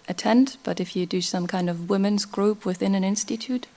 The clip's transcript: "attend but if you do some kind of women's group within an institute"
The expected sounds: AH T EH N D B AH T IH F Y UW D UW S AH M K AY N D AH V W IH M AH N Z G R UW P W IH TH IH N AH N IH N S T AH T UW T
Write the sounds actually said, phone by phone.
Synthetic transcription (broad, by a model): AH T EH N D B AH T IH F Y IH D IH S AH M K AY N D AH V W IH M AH N Z G R UW P W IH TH IH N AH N IH N S T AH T UW T